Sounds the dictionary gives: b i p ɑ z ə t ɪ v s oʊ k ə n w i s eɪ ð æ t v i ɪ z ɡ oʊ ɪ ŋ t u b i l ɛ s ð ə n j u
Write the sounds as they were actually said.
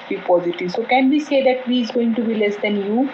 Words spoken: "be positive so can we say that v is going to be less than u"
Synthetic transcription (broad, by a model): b i p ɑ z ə t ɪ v s oʊ k ə n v i s eɪ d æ t v i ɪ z ɡ oʊ ɪ ŋ t u b i l ɛ s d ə n j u